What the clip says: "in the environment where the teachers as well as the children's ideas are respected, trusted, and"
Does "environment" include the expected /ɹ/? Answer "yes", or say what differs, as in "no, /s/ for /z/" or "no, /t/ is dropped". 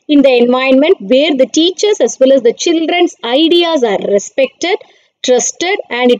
no, /ɹ/ is dropped